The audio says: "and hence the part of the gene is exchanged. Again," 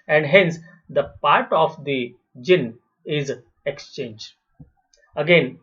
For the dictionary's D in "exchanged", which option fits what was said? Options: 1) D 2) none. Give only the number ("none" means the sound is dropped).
2